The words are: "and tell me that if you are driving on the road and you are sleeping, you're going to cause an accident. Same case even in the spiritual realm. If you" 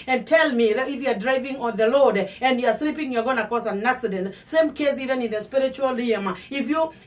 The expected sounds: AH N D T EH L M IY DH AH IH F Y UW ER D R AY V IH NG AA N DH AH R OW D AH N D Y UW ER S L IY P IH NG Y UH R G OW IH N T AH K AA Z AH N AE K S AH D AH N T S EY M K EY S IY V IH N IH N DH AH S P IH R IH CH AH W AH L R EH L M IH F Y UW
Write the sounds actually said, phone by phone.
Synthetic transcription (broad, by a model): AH N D T EH L M IY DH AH IH F Y UW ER D R AY V IH NG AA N DH AH L OW D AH N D Y UW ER S L IY P IH NG Y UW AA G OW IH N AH K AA S AH N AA K S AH D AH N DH S EY M K EY S IY V IH N IH N DH AH S P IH R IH CH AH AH L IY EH M IH F Y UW